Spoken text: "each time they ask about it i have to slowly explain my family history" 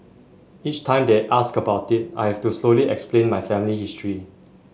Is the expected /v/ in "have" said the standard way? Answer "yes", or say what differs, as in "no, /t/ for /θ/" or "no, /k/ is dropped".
no, /f/ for /v/